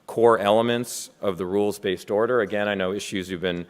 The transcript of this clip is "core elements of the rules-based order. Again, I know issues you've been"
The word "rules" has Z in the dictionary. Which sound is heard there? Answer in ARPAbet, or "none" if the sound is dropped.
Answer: Z